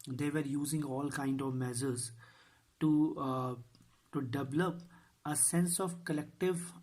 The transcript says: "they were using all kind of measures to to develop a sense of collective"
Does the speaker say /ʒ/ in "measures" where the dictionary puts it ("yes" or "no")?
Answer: no